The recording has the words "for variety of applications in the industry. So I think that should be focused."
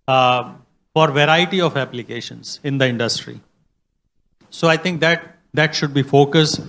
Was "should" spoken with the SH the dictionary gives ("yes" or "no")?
yes